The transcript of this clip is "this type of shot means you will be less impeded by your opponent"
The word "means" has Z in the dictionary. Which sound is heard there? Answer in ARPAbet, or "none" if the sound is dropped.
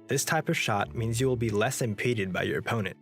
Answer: Z